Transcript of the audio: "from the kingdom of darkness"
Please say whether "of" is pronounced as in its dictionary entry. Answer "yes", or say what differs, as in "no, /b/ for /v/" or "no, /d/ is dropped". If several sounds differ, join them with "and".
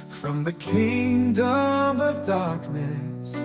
yes